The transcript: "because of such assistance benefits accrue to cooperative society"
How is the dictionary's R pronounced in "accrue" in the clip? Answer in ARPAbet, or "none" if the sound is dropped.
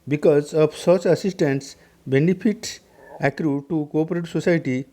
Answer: R